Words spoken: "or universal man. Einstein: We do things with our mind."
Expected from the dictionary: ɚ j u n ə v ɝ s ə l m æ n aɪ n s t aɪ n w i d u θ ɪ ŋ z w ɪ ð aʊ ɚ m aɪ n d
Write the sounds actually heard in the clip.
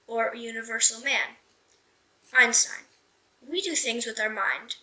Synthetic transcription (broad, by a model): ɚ j u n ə v ɝ s l m æ n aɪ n s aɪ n w i d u θ ɪ ŋ z w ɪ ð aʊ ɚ m aɪ n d